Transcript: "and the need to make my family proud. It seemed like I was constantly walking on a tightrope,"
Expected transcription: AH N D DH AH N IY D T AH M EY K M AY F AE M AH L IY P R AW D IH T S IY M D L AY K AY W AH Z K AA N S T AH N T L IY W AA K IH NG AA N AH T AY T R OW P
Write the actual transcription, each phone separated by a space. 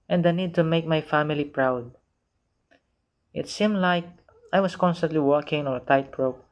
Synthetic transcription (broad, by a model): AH N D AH N IY D T AH M EY K M AY F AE M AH L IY P R AW D IH T S IY M D L AY K AY W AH S K AA N S T AH N T L IY W AA K IH NG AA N AH T AY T R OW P